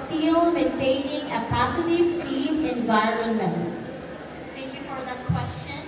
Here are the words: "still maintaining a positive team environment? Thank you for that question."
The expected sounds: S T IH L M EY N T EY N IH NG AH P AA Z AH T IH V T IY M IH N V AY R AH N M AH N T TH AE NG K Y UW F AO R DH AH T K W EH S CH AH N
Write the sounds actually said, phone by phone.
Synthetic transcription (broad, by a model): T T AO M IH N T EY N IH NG AH P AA S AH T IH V T IY M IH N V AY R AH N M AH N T T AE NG K Y UW F AO R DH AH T K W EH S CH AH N